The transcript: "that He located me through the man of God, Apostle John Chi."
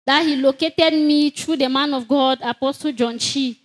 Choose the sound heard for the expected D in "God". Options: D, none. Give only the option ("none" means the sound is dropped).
D